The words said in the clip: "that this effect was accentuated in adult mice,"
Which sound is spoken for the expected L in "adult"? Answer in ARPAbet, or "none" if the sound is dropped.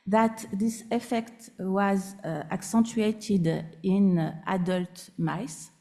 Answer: L